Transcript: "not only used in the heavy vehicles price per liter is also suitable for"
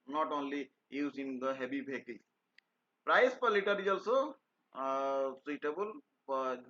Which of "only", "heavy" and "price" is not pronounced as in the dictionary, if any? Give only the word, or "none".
heavy